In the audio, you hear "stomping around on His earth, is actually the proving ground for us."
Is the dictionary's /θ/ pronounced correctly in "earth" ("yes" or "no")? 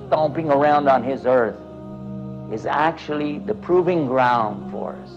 yes